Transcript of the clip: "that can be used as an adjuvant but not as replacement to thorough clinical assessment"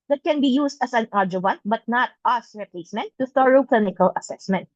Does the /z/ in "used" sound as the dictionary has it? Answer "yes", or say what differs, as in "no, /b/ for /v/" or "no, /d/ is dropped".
no, /s/ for /z/